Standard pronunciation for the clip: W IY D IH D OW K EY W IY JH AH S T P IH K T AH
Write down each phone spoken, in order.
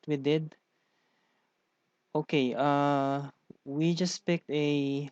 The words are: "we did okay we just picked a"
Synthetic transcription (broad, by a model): W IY D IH D OW K EY W IY JH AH S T P IH K T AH